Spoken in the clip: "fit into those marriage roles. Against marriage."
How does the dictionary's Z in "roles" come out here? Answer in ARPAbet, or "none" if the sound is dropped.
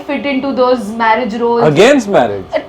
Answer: none